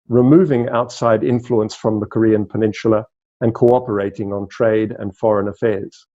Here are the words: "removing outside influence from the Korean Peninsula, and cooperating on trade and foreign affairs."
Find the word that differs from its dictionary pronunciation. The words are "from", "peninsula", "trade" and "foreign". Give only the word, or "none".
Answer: peninsula